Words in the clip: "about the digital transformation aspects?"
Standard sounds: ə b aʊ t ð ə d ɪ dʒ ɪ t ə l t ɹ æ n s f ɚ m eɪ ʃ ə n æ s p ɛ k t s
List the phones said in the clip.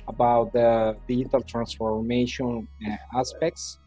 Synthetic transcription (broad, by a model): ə b aʊ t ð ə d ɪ ɪ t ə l t ɹ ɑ n s f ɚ m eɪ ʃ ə n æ s p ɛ k t s